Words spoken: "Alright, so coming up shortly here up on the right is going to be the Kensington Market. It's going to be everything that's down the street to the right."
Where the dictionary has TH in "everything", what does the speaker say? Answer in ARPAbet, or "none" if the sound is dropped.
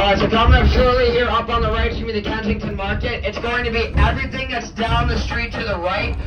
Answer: TH